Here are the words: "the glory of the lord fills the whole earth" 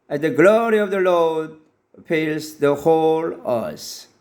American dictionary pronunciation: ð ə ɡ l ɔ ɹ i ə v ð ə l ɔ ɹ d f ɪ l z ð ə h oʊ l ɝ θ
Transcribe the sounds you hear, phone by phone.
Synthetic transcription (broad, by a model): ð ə ɡ l ɔ ɹ i ə v ð ə l ɔ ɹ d p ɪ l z ð ə h oʊ l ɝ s